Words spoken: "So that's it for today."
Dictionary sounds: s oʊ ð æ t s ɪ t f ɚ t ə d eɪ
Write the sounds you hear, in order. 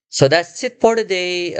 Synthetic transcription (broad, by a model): s oʊ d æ s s ɪ t p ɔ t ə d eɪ